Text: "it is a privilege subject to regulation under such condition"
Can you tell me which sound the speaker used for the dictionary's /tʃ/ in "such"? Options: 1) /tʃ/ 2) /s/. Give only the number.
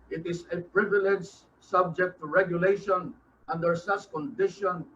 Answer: 2